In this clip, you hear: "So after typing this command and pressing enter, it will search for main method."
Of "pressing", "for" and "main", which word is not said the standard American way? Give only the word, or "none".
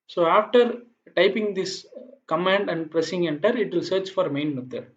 none